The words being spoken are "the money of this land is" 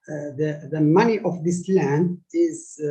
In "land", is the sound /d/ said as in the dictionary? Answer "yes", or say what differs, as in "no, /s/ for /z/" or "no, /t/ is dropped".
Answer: yes